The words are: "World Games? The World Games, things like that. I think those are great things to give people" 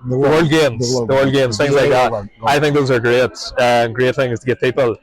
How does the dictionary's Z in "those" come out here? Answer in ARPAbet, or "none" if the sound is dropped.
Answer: Z